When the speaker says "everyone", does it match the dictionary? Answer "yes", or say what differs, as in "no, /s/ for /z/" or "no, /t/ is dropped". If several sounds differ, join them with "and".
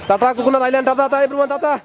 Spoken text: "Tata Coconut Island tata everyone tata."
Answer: no, /b/ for /v/